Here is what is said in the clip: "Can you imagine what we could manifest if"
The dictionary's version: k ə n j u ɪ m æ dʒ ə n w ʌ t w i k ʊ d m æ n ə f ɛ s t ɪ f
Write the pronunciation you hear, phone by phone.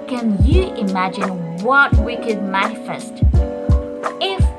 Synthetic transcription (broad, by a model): k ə n j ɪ ɪ m æ dʒ ə n w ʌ t w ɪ k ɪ d m æ n ə f ɛ s t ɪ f